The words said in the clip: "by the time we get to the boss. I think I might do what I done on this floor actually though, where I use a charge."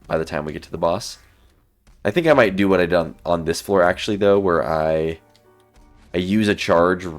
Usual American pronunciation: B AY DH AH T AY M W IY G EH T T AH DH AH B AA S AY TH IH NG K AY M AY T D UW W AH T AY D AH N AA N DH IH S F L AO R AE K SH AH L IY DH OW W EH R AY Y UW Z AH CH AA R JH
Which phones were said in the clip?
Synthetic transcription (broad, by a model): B AY DH AH T AY M W IY G EH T T AH DH AH B AA S AY TH IH NG K AY M AY T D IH W AH T AY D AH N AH N DH IH S F L AO R AE K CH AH L IY DH OW W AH R AY Y UW Z AH CH AA R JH